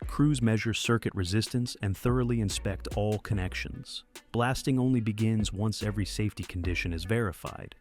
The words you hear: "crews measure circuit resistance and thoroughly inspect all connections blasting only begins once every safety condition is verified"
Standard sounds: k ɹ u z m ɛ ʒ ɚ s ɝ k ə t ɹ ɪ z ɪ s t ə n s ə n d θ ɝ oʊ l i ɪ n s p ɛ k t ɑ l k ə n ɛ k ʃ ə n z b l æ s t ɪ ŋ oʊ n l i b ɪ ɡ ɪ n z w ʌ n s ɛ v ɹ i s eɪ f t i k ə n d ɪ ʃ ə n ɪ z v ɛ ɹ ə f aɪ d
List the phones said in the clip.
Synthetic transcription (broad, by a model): k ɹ u z m ɛ ʒ ɚ s ɝ k ə t ɹ ɪ z ɪ s t ə n s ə n θ ɝ oʊ l i ɪ n s p ɛ k t ɑ l k ə n ɛ k ʃ ə n z b l æ s t ɪ ŋ oʊ n l i b ɪ ɡ ɪ n z w ʌ n s ɛ v ɹ i s eɪ f t i k n d ɪ ʃ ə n ɪ z v ɛ ɹ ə f aɪ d